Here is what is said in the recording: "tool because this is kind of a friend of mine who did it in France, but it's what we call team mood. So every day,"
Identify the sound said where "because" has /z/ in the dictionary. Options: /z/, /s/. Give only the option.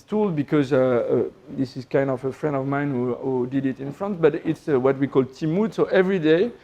/z/